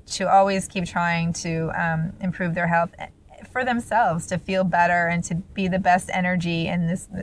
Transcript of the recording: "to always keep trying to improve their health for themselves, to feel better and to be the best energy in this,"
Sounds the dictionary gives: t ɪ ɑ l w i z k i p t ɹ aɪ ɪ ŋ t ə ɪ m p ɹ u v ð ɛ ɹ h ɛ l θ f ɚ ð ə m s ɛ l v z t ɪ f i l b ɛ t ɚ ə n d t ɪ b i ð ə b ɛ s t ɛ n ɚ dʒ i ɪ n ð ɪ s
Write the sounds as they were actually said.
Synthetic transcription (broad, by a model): t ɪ ɑ l w i z k i p t ɹ aɪ ɪ ŋ t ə ɪ m p ɹ u v ð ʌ ɹ h ɛ l θ f ɚ ð ə m s ɛ l v z t ɪ f i l b ɛ t ɚ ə n t ɪ b i ð ə b ɛ s t ɛ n ɚ dʒ i ɪ n ð ɪ s